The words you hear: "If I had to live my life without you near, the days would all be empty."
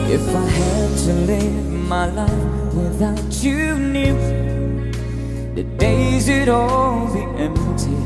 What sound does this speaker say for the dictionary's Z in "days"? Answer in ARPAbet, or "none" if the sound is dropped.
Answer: Z